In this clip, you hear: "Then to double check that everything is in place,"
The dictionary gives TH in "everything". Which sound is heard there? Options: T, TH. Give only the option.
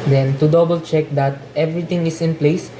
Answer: T